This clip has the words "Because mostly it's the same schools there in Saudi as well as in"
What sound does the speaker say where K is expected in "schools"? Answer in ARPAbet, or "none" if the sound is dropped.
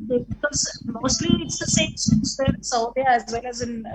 none